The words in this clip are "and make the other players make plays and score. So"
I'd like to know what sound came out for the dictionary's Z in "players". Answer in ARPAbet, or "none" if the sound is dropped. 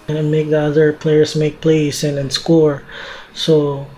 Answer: S